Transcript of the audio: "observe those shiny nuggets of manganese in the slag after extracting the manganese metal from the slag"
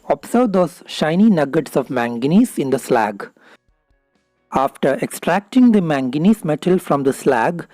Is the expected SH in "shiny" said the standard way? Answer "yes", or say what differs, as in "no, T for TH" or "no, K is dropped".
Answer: yes